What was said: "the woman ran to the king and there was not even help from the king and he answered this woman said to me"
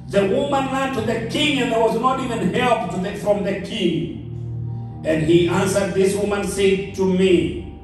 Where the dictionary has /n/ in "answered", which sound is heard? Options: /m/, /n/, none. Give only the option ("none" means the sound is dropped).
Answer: /n/